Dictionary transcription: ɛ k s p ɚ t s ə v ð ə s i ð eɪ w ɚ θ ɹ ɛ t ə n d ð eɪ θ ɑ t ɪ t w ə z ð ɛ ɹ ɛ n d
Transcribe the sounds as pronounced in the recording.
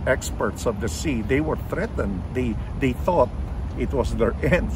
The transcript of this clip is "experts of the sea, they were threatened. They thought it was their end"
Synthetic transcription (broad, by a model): ɛ k s p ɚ t s ə v ð ə s i ð eɪ w ɚ θ ɹ ɛ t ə n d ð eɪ θ ɑ t ɪ t w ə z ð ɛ ɹ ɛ n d